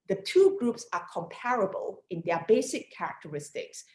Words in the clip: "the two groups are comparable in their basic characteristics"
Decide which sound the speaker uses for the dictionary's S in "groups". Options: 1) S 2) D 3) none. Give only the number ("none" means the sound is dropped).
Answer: 1